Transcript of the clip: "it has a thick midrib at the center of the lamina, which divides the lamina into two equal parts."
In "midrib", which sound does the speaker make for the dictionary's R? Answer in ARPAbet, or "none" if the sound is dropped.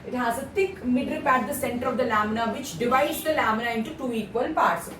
none